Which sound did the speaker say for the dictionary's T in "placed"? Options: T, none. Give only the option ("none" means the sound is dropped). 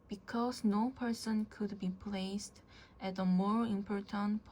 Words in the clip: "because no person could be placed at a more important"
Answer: T